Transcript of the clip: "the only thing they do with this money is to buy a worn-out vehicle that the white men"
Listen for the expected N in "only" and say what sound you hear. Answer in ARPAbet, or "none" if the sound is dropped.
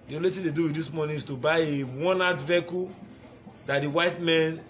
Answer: none